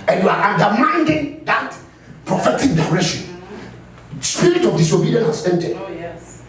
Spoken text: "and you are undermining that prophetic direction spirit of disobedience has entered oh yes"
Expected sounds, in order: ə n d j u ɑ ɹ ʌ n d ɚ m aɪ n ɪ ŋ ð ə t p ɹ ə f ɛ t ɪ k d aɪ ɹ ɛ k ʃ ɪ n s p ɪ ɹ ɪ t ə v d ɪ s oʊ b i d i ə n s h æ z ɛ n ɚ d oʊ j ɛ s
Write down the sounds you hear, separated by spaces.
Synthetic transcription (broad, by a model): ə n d j u ɑ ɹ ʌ n d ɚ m aɪ n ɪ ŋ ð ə t p ɹ ə f ɛ t ɪ k d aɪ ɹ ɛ ʃ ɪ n s p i ɹ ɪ t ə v d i s oʊ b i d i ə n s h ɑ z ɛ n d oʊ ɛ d